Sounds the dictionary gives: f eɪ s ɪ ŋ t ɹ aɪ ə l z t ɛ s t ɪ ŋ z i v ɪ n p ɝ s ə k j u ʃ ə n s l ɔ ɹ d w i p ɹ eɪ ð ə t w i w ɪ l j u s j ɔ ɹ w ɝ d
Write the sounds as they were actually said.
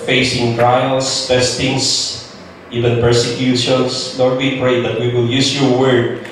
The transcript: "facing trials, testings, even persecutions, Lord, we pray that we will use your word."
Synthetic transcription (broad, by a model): f eɪ s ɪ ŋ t ɹ aɪ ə l s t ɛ s t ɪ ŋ s i v ɪ n p ɝ s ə k j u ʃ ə n s n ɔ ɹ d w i p ɹ eɪ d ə t w i w ɪ l j u s j ɔ ɹ w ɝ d